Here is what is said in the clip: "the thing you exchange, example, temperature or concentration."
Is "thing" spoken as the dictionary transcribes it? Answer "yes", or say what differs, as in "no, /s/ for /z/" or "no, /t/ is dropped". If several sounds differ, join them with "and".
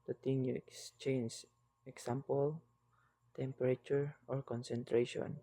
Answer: no, /t/ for /θ/